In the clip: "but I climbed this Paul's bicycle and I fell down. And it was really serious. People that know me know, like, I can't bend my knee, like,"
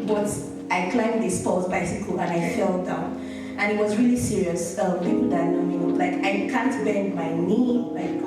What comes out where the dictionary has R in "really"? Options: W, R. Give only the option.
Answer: R